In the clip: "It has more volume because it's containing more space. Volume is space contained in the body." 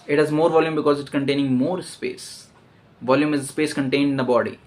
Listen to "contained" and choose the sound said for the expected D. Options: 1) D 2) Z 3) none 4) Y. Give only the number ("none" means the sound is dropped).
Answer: 1